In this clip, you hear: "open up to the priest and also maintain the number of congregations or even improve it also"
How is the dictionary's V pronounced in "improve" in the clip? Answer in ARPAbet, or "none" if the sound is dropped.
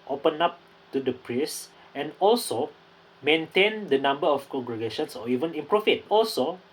F